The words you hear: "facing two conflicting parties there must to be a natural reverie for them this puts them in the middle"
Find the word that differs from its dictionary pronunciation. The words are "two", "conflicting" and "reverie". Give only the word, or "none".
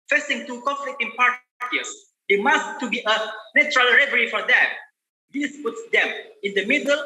conflicting